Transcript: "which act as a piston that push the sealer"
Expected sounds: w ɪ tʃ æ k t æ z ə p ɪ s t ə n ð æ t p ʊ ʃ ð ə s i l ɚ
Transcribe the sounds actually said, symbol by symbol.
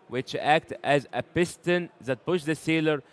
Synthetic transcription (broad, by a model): w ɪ tʃ æ k t æ z ə p ɪ s t ə n ð æ t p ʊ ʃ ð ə s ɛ l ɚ